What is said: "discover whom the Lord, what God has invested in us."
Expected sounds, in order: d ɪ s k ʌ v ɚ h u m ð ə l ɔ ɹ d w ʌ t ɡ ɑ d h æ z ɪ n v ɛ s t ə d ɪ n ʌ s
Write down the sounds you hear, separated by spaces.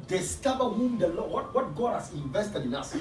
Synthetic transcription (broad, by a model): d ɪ s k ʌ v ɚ h u m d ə l ɔ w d w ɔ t ɡ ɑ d h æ s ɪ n v ɛ s t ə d ɪ n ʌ s